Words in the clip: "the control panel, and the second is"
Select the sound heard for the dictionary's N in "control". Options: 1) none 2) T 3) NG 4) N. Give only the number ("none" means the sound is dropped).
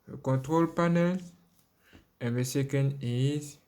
1